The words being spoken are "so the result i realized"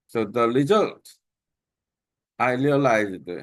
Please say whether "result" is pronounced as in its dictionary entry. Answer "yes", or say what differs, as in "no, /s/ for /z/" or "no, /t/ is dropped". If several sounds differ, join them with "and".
no, /l/ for /ɹ/